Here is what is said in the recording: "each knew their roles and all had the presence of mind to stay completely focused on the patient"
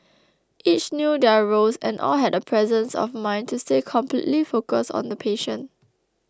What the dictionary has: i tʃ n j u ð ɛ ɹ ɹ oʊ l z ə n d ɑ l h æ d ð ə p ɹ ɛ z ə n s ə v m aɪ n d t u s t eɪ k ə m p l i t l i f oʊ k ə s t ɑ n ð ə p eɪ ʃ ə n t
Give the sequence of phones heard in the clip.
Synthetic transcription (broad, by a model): i tʃ n j u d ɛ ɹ ɹ oʊ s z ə n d ɑ l h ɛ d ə p ɹ ɛ z ə n s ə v m aɪ n t u s t eɪ k ə m p l i t l i f oʊ k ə s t ɑ n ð ə p eɪ ʃ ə n